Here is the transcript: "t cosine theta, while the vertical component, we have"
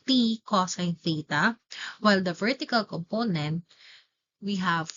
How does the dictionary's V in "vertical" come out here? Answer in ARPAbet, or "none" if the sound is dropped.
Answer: V